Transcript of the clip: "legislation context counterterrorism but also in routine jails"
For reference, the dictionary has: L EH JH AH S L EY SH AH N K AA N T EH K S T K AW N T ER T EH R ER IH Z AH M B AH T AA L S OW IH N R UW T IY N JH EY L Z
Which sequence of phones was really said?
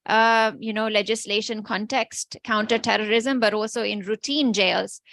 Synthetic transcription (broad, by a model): L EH JH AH S L EY SH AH N K AA N T EH K S T K AW N T ER T EH R ER IH Z AH M B AH T AA L S OW IH N R UW T IY N JH EY L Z